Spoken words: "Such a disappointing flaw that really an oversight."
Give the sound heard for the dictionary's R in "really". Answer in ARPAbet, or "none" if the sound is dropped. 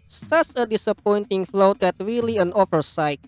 R